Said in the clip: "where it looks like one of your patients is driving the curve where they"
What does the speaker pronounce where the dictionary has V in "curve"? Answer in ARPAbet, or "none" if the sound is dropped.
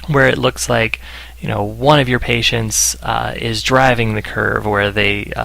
V